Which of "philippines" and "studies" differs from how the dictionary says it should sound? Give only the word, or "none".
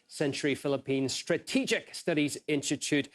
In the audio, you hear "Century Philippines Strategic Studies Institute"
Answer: none